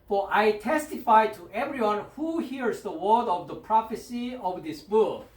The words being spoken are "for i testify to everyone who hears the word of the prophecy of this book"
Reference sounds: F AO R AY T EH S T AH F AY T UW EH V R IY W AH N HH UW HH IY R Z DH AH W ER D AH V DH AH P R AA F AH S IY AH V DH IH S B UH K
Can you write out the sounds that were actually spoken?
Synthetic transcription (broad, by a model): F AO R AY T EH S T AH F AY T UW EH V R IY W AH N HH UW HH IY R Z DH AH W ER D AH V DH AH P R AA F AH S IY AH V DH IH S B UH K